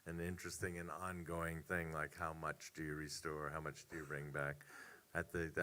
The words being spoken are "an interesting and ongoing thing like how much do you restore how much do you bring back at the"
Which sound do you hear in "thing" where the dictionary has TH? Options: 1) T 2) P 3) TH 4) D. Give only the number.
3